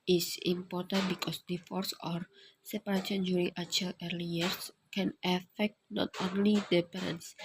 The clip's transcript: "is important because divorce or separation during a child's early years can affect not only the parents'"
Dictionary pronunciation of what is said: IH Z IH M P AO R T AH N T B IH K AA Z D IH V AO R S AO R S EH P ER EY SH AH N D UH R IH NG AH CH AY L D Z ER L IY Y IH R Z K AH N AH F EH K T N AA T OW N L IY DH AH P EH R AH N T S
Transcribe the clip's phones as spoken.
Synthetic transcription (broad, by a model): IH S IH M P AO R T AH N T B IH K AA S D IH F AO R S AO R S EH P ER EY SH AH N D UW R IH NG AH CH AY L ER L IY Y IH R S K AH N AH F EH K T N AA T OW N L IY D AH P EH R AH N S